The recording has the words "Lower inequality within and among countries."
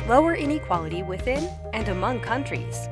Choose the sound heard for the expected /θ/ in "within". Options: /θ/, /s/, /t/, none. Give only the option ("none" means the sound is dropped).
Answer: /θ/